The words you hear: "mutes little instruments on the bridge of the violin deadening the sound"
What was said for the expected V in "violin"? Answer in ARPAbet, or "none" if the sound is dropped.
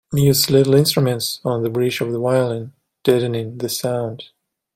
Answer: W